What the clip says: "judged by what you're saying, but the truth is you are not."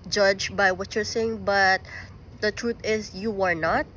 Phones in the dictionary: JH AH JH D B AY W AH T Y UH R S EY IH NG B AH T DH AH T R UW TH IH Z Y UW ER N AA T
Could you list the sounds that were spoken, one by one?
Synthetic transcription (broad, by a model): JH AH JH B AY W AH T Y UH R S EY IH NG B AH T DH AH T R UW T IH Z Y UW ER N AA T